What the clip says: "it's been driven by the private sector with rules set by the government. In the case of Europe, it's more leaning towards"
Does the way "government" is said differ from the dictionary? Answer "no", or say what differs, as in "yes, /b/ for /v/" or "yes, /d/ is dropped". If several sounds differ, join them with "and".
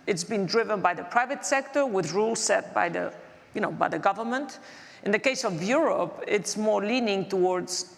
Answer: no